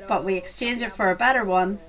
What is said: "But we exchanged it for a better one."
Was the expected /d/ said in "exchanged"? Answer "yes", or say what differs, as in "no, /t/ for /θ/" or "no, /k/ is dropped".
no, /d/ is dropped